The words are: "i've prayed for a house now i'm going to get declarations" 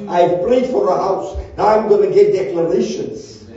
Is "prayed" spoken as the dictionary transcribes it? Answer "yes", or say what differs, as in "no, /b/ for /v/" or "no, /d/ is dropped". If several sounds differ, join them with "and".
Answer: no, /l/ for /ɹ/